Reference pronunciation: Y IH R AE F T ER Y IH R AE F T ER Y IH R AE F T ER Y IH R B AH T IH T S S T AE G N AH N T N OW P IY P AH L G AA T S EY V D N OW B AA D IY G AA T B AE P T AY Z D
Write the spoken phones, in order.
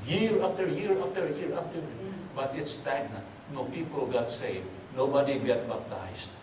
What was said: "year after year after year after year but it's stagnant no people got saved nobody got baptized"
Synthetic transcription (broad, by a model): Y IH R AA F T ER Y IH R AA F T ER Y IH R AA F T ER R B AH T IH T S S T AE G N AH T N OW P IY P AH L G AA T S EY D N OW B AA D IY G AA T B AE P T AY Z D